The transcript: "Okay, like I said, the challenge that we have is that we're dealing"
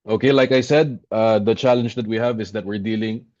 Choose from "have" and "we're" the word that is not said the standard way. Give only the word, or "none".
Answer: none